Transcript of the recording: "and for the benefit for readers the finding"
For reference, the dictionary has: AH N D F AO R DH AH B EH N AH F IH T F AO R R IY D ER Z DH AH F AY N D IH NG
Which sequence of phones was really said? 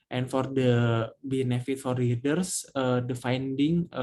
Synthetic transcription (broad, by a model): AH N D F AO R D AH B EH N AH F IH T F AO R L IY D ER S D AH F AY N D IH NG